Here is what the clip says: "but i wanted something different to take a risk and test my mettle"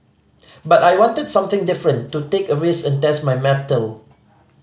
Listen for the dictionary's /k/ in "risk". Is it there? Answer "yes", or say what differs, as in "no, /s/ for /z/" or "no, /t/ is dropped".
no, /k/ is dropped